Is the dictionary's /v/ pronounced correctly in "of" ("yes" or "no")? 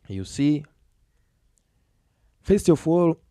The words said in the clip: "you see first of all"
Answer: no